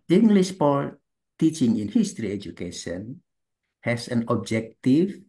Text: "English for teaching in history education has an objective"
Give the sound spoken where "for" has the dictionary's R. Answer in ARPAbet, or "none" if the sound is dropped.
L